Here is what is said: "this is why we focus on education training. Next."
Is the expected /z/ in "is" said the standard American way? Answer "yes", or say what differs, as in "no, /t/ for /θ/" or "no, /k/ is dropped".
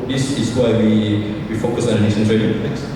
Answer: no, /s/ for /z/